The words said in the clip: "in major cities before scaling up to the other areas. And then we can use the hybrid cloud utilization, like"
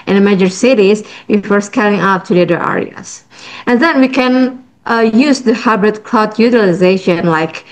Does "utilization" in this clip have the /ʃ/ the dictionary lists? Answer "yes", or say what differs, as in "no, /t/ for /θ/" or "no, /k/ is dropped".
yes